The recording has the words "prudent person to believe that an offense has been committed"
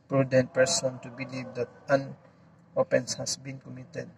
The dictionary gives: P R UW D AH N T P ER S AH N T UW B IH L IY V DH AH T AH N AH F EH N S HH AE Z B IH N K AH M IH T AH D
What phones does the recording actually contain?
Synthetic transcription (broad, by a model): P R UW D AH N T P ER S AH N T UW B IH L IY V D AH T AH N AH P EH N S HH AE S B IH N K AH M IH T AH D